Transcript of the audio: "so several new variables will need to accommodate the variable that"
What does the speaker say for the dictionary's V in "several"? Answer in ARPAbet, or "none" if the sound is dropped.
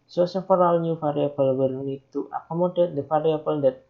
F